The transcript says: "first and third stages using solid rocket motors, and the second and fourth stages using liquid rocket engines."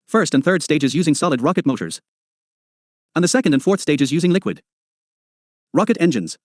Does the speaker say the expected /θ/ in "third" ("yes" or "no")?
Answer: yes